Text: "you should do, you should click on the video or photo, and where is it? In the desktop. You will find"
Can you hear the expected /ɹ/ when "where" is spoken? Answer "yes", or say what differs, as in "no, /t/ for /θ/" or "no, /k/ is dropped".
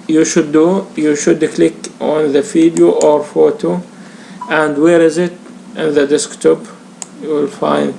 yes